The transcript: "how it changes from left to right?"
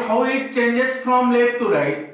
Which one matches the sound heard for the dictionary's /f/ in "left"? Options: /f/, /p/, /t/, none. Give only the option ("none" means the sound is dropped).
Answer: none